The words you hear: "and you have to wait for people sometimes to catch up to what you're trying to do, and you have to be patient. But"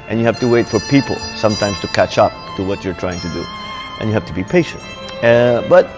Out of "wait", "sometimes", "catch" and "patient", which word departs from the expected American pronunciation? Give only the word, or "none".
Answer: sometimes